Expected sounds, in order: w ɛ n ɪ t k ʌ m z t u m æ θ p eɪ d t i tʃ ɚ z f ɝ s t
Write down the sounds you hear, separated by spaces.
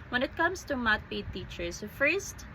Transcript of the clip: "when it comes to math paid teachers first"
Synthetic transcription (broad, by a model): w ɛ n ɪ t k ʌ m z t u m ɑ t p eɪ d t i tʃ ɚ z f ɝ s t